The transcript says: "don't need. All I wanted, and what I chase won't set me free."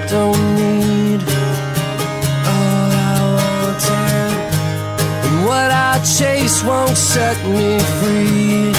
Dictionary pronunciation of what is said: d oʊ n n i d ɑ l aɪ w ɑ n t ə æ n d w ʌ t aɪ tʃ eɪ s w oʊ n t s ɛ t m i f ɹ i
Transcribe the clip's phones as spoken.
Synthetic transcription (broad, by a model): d oʊ n n i d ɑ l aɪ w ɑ t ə w ʌ t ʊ tʃ eɪ s w oʊ n t s ɛ t m i f ɹ i